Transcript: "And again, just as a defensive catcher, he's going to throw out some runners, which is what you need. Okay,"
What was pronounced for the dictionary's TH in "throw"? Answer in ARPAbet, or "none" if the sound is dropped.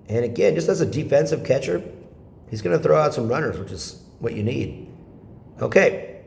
TH